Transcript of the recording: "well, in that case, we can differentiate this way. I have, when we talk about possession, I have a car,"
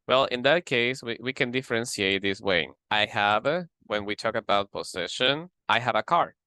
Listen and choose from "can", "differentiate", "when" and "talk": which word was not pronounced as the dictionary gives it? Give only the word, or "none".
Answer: differentiate